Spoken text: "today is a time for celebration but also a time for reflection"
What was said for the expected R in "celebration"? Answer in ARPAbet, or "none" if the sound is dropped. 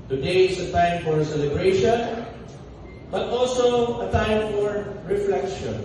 R